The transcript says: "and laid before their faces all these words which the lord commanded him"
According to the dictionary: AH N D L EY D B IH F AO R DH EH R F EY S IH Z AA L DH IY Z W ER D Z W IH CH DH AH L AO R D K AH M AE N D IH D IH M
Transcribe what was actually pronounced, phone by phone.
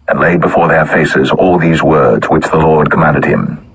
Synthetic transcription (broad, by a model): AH N L EY D B IH F AO R DH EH R F EY S IH Z AA L DH IY Z W ER D Z W IH CH DH AH L AO R D K AH M AE N D IH D IH M